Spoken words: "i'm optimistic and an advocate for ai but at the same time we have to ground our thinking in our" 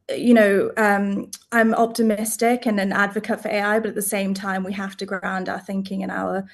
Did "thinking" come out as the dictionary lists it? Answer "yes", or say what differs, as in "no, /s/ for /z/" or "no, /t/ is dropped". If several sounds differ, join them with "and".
yes